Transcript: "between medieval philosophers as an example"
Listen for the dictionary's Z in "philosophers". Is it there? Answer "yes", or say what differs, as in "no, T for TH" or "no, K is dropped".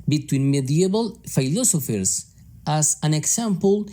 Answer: no, S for Z